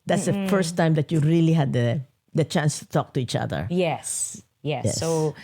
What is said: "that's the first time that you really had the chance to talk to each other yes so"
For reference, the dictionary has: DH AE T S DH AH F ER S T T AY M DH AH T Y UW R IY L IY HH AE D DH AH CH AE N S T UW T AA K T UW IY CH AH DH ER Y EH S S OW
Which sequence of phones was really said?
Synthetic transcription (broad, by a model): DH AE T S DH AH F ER S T T AY M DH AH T Y UW R IY L IY HH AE D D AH CH AE N S T UW T AA K T UW IY CH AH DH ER Y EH S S OW